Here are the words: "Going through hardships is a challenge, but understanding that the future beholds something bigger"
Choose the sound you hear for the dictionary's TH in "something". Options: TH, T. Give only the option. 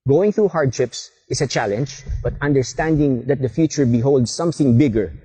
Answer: TH